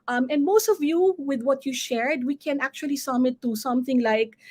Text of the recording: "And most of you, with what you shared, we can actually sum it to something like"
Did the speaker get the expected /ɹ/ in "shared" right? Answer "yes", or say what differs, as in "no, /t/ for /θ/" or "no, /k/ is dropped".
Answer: yes